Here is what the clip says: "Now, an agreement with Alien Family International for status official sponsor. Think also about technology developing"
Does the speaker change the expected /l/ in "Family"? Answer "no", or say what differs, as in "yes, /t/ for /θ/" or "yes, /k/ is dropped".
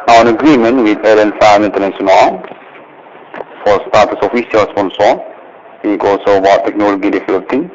yes, /l/ is dropped